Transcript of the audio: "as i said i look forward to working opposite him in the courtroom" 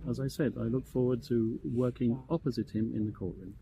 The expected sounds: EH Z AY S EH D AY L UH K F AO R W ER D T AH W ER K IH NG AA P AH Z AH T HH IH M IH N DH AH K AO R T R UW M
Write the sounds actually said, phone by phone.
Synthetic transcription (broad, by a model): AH Z AY S EH D AY L UH K F AO R W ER D T AH W ER K IH NG AA P AH Z AH T HH IH M IH N DH AH K AO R T R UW M